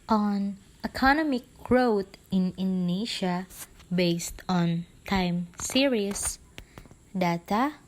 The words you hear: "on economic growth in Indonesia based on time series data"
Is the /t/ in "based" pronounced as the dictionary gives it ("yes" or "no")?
yes